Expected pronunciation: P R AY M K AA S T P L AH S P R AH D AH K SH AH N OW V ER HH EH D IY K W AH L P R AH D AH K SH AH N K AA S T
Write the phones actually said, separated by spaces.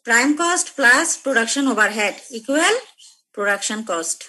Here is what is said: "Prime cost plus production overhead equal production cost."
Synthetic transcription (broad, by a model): P R AY M K AA S T P L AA S P R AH D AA K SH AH N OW B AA HH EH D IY K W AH L P R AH D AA K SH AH N K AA S T